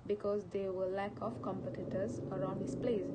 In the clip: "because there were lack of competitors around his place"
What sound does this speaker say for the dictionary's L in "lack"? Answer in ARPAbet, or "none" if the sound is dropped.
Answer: L